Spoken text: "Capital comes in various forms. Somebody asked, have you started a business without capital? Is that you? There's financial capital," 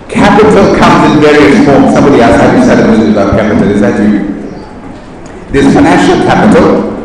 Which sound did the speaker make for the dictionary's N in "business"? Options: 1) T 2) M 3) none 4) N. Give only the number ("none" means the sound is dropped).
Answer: 3